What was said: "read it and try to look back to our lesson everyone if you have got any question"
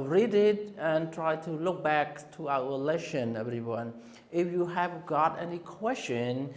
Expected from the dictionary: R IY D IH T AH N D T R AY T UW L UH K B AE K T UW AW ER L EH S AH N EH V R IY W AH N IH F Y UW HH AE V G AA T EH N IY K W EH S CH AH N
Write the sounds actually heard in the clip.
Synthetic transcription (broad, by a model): R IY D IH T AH N T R AY T UW L UH K B AE K T UW AW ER L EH SH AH N EH V R IY W AH N IH F Y UW HH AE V G AA T EH N IY K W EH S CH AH N